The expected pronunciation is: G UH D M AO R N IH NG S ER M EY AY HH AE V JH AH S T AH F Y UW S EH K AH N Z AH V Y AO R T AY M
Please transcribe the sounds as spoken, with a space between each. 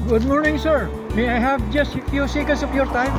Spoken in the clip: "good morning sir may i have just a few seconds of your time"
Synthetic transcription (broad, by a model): G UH D M AO R N IH NG S ER M EY AY HH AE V JH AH S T AH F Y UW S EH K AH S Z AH P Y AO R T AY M